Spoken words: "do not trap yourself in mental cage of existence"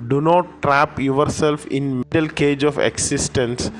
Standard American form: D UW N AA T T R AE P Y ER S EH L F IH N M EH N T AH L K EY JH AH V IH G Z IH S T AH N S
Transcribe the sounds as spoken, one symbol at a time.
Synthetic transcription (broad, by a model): D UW N AA T T R AE P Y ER S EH L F IH N M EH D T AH L K EY JH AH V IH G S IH S T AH N S